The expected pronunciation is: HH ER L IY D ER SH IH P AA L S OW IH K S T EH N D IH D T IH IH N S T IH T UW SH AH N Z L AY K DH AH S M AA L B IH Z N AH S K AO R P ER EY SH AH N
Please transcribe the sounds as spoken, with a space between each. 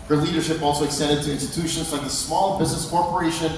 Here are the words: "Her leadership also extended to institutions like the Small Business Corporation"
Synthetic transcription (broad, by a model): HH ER L IY D ER SH IH P AA L S OW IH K S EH D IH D T IH IH N S T IH T UW SH AH N Z L AY K DH AH S M AA L B IH Z N AH S K AO R P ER EY SH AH N